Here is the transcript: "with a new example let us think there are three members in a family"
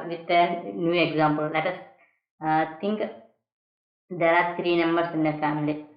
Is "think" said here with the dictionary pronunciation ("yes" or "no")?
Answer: no